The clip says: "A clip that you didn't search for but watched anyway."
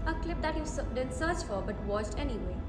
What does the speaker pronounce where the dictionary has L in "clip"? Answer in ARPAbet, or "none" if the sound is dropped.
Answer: L